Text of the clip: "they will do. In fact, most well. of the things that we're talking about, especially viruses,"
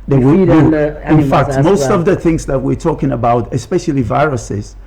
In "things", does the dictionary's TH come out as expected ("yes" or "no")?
yes